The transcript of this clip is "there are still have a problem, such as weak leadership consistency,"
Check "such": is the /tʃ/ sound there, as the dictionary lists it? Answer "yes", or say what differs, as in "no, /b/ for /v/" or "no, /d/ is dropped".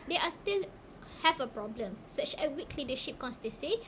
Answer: yes